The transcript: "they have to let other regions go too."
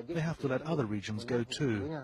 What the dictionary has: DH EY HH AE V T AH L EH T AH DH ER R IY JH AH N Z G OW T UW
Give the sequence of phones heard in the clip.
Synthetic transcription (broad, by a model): DH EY HH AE F T AH L EH T AH DH ER R IY JH AH N Z G OW T UW